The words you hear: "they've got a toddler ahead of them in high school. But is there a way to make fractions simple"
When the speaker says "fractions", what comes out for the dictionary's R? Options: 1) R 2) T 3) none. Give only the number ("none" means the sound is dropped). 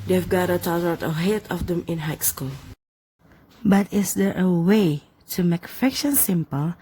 3